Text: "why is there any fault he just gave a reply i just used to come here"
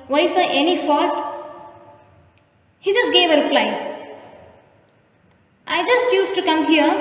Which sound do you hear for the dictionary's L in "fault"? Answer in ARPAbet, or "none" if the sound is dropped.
none